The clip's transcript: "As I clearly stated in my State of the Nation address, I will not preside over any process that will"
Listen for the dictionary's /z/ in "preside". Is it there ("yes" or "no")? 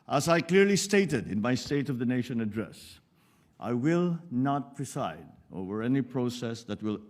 no